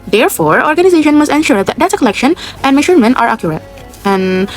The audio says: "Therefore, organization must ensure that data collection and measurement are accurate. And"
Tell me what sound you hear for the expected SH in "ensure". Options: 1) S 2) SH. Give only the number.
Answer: 2